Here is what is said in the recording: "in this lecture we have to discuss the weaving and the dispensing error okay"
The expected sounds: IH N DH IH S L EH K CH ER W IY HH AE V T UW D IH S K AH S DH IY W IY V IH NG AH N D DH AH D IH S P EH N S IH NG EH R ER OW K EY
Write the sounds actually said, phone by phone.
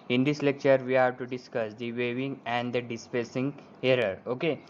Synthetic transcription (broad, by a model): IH N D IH S L EH K CH ER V IY HH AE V T UW D IH S K AH S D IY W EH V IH NG AH N D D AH D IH S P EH S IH NG EH R ER OW K EY